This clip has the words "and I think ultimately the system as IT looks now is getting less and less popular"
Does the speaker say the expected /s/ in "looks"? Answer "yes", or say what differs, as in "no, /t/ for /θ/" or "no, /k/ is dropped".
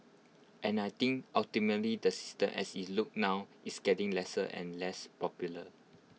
no, /s/ is dropped